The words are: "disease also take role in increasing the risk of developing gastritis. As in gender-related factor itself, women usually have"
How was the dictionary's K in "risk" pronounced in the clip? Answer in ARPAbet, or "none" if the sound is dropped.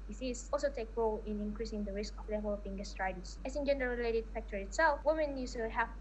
K